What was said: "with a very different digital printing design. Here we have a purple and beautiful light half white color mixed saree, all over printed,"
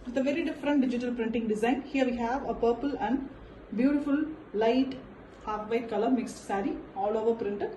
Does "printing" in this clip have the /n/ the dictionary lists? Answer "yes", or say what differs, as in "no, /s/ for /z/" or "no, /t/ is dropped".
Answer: yes